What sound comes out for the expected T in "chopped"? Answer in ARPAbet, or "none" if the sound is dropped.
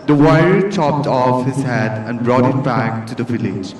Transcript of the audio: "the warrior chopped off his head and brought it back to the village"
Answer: T